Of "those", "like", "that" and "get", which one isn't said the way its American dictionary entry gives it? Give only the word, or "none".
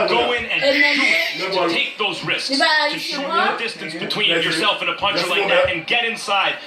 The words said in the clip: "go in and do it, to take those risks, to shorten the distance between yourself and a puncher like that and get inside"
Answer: none